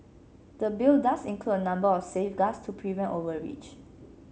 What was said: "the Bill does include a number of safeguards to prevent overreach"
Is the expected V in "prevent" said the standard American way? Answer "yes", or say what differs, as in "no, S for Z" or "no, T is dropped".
yes